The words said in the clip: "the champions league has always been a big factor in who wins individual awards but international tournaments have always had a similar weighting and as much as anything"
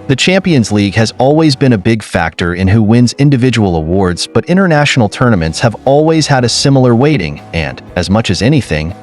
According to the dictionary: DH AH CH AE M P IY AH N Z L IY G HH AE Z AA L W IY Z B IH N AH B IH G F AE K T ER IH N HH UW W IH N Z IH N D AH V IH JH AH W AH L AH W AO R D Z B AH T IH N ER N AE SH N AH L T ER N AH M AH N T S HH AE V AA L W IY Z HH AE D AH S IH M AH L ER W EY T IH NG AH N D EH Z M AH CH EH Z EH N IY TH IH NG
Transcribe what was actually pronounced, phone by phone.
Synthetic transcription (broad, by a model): DH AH CH AE M P IY AH N Z L IY G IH Z AA L W IY Z B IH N AH B IH G F AE K T ER IH N HH UW W IH N Z IH N D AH V IH JH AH W L AH W AO R D Z B AH T IH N ER N AE SH N L T ER N AH M AH N T S HH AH V AA L W IY Z HH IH D AH S IH M L ER W EY T IH NG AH N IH Z M AH CH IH Z EH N IY TH IH NG